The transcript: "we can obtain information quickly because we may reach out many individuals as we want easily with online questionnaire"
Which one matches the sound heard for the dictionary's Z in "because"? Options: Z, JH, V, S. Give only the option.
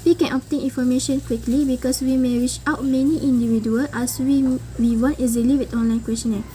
S